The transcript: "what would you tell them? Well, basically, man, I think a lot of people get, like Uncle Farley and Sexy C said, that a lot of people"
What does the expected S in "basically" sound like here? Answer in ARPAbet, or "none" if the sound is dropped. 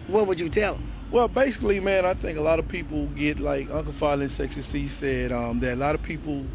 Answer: S